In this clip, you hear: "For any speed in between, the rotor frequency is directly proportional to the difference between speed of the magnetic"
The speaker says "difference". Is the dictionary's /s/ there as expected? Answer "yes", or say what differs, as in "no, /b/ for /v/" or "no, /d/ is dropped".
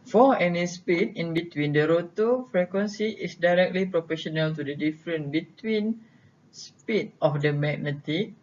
no, /s/ is dropped